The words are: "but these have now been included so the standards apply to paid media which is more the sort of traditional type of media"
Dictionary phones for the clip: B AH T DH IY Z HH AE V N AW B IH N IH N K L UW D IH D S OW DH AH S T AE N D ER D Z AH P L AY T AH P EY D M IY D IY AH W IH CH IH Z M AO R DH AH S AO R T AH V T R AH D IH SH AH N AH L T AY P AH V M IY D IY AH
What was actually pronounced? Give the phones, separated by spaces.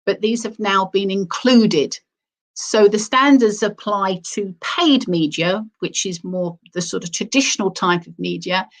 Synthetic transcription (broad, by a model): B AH T DH IY Z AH V N AW B IH N IH N K L UW D IH D S OW DH AH S T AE N D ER D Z AH P L AY T AH P EY D M IY D IY AH W IH CH IH Z M AO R DH AH S AO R T AH V T R AH D IH SH AH N AH L T AY P AH V M IY D IY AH